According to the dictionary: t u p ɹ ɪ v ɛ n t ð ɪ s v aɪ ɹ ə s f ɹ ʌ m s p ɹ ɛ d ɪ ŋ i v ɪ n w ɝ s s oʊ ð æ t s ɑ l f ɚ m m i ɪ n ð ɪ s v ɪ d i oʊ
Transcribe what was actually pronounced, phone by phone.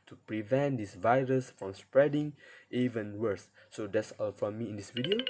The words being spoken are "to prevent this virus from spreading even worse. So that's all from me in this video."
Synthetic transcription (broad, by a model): t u p ɹ ɪ v ɛ n t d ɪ s v aɪ ɹ ə s f ɹ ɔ m s p ɹ ɛ d ɪ ŋ i v ɪ n w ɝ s s oʊ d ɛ t s ɑ l f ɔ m m i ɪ n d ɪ s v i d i oʊ